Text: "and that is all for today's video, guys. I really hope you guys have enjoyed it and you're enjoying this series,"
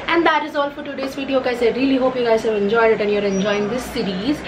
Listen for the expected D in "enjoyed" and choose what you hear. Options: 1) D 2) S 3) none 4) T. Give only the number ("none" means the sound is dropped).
1